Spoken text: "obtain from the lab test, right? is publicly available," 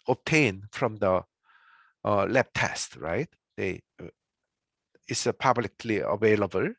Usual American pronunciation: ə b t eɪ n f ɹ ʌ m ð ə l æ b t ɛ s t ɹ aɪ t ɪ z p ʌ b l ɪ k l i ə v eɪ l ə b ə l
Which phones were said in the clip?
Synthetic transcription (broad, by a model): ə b t eɪ n f ɹ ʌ m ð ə l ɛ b t ɛ s t ɹ aɪ t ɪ s p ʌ b l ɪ k l i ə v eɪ l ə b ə l